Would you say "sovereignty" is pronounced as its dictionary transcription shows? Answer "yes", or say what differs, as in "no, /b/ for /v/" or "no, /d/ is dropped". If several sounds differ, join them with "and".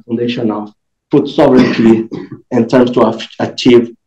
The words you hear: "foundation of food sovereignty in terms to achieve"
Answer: yes